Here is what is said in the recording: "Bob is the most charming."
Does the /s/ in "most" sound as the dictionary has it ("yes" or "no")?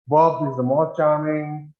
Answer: no